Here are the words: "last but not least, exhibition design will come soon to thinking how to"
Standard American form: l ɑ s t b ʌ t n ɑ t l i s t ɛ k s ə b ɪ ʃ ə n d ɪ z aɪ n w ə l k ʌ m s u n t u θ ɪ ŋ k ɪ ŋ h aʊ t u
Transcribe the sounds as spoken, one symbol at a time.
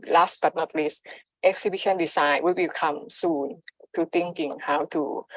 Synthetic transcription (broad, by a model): l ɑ s t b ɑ t n ɑ t l i s t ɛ k s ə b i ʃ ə n d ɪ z aɪ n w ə w k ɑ m s u n t u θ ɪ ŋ k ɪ ŋ h aʊ t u